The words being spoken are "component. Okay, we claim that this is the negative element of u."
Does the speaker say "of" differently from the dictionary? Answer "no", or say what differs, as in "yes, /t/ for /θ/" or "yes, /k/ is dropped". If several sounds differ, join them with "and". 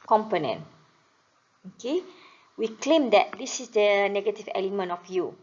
yes, /f/ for /v/